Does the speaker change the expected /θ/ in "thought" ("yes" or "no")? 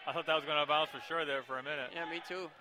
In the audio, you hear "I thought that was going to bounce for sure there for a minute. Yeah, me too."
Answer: no